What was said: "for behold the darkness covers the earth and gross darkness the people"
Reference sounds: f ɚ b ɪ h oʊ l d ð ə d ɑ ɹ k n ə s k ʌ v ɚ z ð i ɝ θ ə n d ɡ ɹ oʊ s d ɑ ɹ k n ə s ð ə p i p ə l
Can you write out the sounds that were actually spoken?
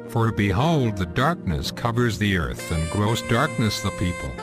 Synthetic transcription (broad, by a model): f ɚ b ɪ h oʊ l d ð ə d ɑ ɹ k n ə s k ʌ v ɚ z ð i ɝ θ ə n ɡ ɹ oʊ s d ɑ ɹ k n ə s ð ə p i p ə l